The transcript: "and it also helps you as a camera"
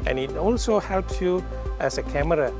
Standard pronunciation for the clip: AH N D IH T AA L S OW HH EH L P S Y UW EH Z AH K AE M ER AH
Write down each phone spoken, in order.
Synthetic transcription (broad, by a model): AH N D IH T AA L S OW HH EH L P S Y UW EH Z AH K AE M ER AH